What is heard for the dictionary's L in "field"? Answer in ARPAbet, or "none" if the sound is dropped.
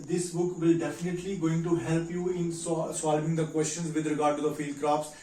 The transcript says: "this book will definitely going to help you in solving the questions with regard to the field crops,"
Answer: L